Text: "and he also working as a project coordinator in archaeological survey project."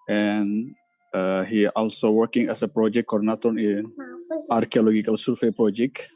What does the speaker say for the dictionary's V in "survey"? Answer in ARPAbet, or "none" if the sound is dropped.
F